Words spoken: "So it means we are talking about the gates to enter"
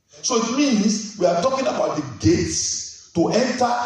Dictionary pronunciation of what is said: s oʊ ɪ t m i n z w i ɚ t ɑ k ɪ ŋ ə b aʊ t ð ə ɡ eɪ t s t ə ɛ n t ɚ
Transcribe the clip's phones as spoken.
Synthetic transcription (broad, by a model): s oʊ ɪ t m i n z w i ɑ t ɑ k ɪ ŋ ə b aʊ t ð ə ɡ eɪ t s t ə ɛ n t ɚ